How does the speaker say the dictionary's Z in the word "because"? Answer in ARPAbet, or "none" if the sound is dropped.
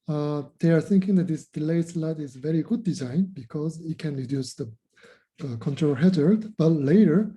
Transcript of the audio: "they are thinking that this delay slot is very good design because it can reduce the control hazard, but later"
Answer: Z